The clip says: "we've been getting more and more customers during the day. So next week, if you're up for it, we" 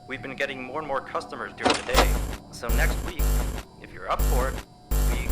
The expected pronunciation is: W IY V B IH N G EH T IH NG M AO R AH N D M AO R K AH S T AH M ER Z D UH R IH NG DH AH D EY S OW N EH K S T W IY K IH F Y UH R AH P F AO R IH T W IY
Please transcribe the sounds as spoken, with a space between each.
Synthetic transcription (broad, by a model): W IY V B IH N G EH T IH NG M AO R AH N M AO R K AH S T AH M ER Z D UH R IH NG DH AH D EY S OW N EH K S T W IY K IH F Y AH R AH P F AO R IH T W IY